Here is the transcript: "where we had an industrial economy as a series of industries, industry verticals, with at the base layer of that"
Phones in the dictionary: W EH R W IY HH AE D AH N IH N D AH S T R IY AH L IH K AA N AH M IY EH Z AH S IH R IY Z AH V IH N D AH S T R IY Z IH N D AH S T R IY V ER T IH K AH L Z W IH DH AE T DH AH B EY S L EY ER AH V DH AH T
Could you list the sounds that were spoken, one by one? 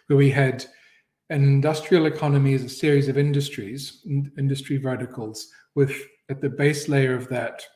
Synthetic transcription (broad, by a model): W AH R W IY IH D AH N IH N D AH S T R IY AH L IH K AA N AH M IY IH Z AH S IH R IY Z AH V IH N D AH S T R IY Z IH N D AH S T R IY V ER T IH K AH L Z W IH DH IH T DH AH B EY S L EY ER AH V DH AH T